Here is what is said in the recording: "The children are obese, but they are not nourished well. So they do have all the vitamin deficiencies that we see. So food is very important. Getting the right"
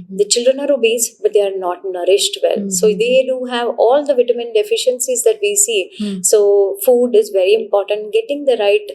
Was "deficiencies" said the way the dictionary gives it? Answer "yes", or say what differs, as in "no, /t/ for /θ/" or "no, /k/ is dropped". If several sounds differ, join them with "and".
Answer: yes